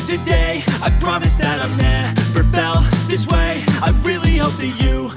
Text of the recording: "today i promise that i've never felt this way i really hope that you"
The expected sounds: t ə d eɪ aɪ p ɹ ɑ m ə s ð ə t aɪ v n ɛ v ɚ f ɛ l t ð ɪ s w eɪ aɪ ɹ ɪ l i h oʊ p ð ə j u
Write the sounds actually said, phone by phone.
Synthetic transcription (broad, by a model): t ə d eɪ aɪ p ɹ ɑ m ə s ð ə t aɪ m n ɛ p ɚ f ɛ l ð ɪ s w eɪ aɪ ɹ ɪ l i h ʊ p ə j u